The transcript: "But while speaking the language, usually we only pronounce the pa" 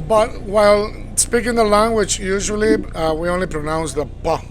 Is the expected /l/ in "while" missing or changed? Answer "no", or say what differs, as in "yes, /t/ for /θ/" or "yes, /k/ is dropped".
no